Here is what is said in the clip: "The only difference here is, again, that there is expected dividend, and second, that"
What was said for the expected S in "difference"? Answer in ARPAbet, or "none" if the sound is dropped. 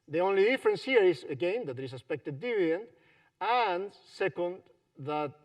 S